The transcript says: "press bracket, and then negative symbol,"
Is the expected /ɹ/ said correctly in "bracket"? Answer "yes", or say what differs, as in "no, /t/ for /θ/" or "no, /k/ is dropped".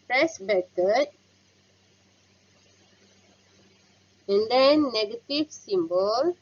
no, /ɹ/ is dropped